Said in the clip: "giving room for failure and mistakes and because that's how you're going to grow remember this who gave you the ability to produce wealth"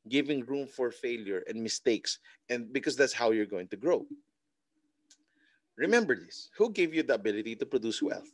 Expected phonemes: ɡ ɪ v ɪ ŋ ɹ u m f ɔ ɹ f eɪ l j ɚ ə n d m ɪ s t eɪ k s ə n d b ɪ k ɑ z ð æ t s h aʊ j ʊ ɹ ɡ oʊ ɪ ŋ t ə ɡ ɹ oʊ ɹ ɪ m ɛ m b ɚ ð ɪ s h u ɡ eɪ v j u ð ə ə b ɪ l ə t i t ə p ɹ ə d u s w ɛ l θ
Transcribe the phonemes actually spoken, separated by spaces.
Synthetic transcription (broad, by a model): ɡ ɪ v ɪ ŋ ɹ u m f ɔ ɹ f eɪ l j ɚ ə n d m ɪ s t eɪ k s ə n d b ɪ k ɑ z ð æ t s h aʊ j ʊ ɹ ɡ oʊ ɪ ŋ t ə ɡ ɹ oʊ ɹ ɪ m ɛ m b ɚ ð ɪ s h u ɡ eɪ v j u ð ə ə b ɪ l ə t i t ə p ɹ ə d u s w ɛ l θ